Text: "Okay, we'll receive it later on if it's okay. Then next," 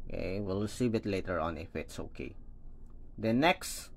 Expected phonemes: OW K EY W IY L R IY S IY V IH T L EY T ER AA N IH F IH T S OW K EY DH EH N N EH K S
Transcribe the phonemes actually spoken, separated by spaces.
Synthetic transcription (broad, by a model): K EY W IY L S IY AH B IH T L EY T ER AA N IH F IH T S OW K EY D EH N N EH K S